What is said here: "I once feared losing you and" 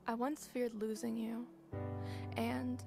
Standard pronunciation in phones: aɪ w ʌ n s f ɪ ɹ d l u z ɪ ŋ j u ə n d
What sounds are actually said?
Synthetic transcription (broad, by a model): aɪ w ʌ n s f ɪ ɹ d l u z ɪ ŋ j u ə n